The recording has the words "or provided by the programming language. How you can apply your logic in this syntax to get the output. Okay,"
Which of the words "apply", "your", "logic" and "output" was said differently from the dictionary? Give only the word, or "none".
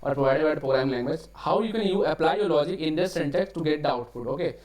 output